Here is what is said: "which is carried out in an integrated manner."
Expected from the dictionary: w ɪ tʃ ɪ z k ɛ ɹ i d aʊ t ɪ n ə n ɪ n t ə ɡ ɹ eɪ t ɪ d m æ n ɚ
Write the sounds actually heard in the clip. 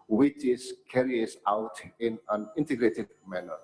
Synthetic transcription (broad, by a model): w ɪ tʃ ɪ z k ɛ ɹ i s aʊ t ɪ n ə n ɪ n t ə ɡ ɹ eɪ t ɪ d m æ n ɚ